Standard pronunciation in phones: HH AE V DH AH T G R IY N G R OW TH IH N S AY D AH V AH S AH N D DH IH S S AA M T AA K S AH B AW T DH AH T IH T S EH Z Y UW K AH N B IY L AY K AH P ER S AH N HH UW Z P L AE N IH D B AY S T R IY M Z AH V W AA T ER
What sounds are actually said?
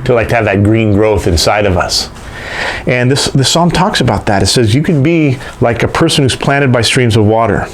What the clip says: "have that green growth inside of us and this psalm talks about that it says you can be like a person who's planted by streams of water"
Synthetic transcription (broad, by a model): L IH V DH AH T G R IY N G R OW TH IH N S AY D AH V AH S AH N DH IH S S AA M T AA K S AH B AW T DH AH T IH T S EH Z Y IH K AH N B IY L AY K AH P ER S AH N HH UW Z P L AE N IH D B AY S T R IY M Z AH V W AA T ER